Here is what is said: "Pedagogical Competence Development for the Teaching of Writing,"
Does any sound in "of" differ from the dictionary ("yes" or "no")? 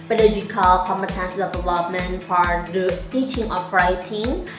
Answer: yes